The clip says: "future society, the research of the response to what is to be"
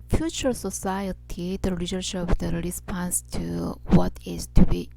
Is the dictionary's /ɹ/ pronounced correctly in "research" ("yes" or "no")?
no